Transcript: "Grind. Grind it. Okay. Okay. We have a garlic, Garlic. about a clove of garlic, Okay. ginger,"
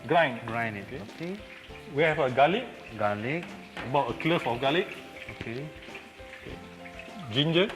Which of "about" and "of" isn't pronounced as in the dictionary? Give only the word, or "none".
of